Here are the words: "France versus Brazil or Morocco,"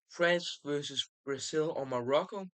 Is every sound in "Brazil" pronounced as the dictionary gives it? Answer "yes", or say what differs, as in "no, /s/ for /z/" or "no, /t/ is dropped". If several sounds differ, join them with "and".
no, /s/ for /z/